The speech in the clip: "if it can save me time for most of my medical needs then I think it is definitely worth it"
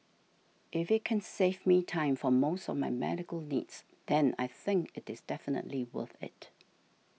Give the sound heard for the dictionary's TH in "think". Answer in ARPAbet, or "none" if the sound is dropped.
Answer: TH